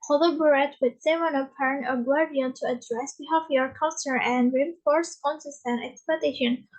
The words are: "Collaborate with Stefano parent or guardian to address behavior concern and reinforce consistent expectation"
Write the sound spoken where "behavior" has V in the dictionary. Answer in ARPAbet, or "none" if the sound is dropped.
F